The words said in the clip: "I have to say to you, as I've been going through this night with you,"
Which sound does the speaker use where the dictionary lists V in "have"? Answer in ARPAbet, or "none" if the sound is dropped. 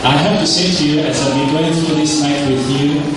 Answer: P